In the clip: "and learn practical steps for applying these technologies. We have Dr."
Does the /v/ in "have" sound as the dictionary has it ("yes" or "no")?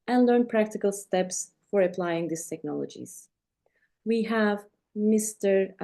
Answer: yes